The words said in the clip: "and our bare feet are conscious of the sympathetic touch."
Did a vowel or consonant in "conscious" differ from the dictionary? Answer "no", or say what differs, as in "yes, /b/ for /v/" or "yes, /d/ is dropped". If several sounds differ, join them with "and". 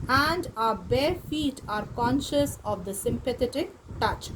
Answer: no